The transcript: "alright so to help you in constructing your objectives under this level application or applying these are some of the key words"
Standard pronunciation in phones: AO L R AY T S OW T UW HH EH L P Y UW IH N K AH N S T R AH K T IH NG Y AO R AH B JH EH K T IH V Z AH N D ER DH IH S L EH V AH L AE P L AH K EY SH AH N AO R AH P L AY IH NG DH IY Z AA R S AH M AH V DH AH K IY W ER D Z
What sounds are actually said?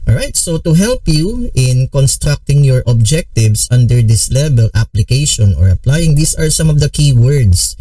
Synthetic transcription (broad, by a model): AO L R AY T S OW T UW HH EH L P Y UW IH N K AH N S T R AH K T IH NG Y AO R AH B JH EH K T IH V S AH N D ER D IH S L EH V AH L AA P L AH K EY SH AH N AO R AH P L AY IH NG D IY S AA R S AH M AH V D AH K IY W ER D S